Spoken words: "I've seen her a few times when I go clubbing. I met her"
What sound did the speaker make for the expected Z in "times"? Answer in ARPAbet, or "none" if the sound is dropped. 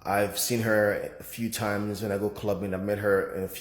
Z